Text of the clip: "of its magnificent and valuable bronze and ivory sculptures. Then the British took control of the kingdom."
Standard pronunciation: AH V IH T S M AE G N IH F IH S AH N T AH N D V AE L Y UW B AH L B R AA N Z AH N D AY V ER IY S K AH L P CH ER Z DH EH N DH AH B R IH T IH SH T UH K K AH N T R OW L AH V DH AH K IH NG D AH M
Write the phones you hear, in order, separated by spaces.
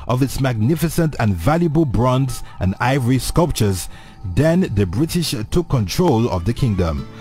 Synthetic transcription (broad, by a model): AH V IH T S M AE G N IH F IH S AH N T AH N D V AE L Y UW B AH L B R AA N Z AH N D AY V ER IY S K AH L P CH ER Z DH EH N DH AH B R IH T IH SH T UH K K AH N T R OW L AH V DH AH K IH NG D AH M